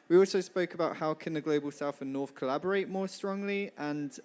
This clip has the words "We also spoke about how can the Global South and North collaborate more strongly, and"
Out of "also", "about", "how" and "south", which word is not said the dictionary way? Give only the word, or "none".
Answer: south